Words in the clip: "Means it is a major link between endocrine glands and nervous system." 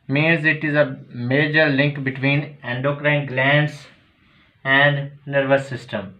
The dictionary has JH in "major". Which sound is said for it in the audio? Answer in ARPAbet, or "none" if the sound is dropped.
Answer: JH